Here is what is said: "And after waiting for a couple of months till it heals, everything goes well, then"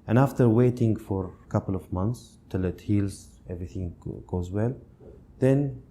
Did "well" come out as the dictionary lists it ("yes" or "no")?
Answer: yes